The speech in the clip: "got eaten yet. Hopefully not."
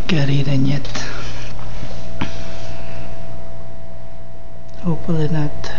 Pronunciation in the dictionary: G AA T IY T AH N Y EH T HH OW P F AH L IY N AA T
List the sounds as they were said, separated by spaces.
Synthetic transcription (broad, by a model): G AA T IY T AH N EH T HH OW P AH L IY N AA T